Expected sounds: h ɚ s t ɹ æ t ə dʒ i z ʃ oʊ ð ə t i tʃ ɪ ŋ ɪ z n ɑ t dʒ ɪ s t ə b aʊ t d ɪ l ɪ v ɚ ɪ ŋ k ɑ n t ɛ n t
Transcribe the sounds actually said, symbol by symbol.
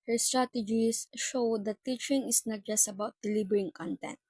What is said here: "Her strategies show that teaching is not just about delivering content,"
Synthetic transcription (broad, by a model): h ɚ s t ɹ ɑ t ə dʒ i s ʃ oʊ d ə t i tʃ ɪ ŋ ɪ s n ɑ t dʒ ɪ s t ə b aʊ t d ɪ l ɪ b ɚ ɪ ŋ k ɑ n t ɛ n t